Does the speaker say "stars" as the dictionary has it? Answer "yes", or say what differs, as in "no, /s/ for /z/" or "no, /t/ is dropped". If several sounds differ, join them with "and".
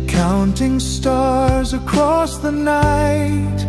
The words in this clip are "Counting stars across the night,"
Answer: yes